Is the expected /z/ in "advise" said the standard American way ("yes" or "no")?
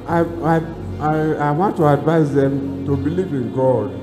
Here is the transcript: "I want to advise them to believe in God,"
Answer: no